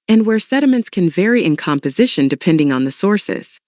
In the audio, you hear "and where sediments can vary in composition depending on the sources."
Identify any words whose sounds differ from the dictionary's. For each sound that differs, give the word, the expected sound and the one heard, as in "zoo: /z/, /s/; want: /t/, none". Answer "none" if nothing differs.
none